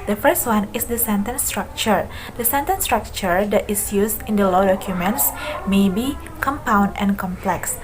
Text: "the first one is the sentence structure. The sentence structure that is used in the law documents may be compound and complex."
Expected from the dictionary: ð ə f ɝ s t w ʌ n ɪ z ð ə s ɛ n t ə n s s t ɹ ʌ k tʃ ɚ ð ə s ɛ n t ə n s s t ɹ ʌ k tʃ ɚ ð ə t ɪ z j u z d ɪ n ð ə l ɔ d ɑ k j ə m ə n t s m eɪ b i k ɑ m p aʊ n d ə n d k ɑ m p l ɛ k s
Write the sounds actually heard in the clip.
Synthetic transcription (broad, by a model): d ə f ɝ s t w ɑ n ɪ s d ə s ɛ n t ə n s s t ɹ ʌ k tʃ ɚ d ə s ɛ n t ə n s s t ɹ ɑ k tʃ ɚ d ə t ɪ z j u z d ɪ n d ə l ɔ d ɑ k j ə m ə n t s m eɪ b i k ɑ m p aʊ n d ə n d k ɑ m p l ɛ k s